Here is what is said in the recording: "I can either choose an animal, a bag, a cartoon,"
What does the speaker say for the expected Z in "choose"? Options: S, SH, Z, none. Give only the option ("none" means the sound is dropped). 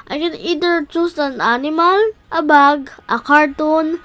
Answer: S